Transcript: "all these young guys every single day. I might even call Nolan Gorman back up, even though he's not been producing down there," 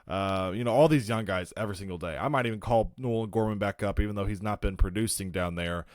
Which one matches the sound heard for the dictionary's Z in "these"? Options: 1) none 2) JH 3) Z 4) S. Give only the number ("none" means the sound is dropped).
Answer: 3